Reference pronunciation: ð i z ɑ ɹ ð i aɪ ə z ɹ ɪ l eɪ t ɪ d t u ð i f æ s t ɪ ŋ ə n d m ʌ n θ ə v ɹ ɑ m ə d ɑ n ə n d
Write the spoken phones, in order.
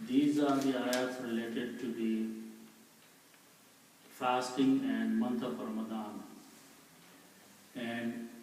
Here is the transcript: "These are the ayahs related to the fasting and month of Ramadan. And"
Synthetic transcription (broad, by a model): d i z ɑ ɹ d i aɪ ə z ɹ ɪ l eɪ t ɪ d t u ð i f æ s t ɪ ŋ ə n d m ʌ n t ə p ɹ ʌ m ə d ɑ n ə n d